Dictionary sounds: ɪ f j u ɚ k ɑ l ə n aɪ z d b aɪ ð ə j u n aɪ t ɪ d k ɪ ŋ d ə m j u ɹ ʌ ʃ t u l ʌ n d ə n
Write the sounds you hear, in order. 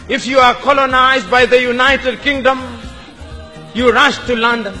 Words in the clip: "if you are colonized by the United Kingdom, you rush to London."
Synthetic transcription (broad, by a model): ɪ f j u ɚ k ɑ l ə n aɪ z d b aɪ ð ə j u n aɪ t ɪ d k ɪ ŋ d ə m j u ɹ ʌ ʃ t u l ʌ n d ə n